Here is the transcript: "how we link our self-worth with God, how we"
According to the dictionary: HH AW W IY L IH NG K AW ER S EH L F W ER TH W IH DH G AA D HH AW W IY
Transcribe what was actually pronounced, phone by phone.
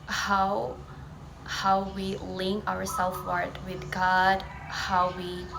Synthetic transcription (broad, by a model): HH AW W IY L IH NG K AW ER S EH L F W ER T W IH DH G AA D HH AW W IY